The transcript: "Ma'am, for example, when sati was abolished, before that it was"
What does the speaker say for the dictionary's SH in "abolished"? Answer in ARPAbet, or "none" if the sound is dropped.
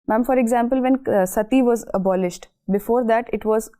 SH